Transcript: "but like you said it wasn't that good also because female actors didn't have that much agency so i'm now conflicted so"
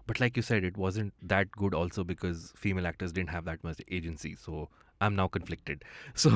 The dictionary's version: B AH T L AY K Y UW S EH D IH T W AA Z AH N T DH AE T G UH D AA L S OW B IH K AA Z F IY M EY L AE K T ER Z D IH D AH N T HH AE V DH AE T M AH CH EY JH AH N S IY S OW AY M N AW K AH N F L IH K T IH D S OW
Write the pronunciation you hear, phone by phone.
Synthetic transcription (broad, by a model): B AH T L AY K Y UW S EH D IH T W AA Z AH N T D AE T G UH D AA L S OW B IH K AA Z F IY M EY L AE K T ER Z D IH D AH N T HH AE V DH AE T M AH S EY JH AH N S IY S OW AY M N AW K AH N F L IH K T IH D S OW